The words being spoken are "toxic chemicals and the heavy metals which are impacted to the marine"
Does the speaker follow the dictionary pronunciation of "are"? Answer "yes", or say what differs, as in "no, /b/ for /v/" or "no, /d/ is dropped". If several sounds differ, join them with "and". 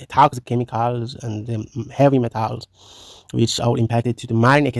no, /l/ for /ɹ/